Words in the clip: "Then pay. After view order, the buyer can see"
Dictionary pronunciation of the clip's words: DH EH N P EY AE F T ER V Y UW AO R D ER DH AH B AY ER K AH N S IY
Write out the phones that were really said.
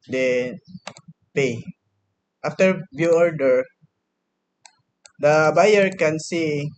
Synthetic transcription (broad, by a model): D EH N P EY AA F T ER B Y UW AO R D ER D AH B AY ER K AH N S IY